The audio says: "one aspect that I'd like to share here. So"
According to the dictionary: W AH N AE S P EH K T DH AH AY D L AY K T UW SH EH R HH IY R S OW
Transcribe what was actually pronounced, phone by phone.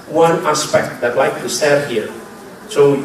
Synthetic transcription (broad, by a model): W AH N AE S P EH K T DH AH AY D L AY K T UW S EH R HH IY R S OW